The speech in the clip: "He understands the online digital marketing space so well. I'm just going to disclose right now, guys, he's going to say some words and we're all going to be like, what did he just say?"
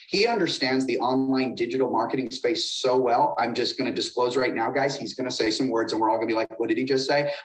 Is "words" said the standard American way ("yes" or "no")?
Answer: yes